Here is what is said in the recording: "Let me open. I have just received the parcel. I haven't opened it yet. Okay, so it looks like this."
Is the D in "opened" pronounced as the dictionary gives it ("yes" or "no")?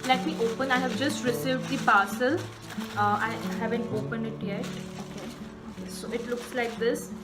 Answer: no